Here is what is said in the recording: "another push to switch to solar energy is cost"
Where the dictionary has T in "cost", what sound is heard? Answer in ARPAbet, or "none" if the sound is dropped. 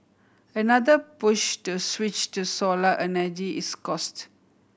T